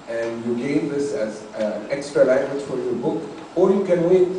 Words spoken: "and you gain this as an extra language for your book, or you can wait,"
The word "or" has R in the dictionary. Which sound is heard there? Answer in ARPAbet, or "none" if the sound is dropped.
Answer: L